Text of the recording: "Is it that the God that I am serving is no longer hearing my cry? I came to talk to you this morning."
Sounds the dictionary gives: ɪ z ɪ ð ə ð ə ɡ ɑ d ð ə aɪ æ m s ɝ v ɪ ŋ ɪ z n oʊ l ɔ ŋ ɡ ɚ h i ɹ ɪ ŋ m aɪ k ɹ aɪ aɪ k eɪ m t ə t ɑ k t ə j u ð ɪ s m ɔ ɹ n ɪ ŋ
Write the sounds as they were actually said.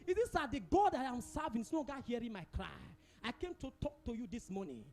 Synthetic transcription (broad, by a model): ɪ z ɪ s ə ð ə ɡ ɑ d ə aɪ m s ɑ v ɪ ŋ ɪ s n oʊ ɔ ɡ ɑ h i ɹ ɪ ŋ m aɪ k ɹ aɪ aɪ k eɪ m t ə t ɑ k t ə j u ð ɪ s m ɔ n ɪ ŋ